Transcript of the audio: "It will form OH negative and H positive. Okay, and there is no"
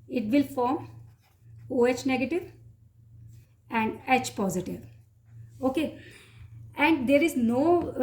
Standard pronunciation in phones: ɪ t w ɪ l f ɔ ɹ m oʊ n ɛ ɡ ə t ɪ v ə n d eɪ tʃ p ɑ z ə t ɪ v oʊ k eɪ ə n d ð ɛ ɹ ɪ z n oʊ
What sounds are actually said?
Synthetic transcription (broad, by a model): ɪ t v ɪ l f ɔ ɹ m oʊ n ɛ ɡ ə t ɪ v ə n d eɪ tʃ p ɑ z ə t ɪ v oʊ k eɪ ə n d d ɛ ɹ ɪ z n oʊ